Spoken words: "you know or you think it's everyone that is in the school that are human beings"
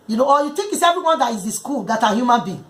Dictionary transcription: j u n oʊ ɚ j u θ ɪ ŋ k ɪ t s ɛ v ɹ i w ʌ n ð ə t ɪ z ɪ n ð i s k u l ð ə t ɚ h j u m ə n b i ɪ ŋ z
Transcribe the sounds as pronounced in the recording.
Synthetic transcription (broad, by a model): j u n oʊ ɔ j u t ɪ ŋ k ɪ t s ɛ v ɹ i w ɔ n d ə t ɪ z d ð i s k u l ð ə t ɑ h j u m ə n b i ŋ